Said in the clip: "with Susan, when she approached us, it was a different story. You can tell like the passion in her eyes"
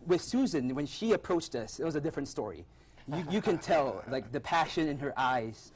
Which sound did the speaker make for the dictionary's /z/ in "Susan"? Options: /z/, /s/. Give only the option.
/z/